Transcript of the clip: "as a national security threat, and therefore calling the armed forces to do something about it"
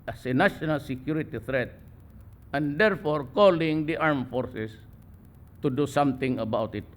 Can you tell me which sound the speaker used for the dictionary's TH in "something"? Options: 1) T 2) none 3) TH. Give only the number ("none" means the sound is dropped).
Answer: 1